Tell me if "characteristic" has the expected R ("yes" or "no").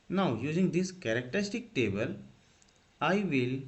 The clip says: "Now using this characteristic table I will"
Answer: yes